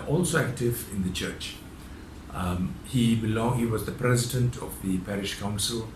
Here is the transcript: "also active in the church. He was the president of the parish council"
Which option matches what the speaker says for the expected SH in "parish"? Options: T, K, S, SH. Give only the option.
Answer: SH